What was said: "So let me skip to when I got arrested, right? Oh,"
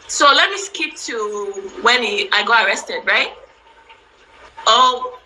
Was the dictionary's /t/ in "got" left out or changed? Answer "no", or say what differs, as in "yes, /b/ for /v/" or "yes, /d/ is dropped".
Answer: yes, /t/ is dropped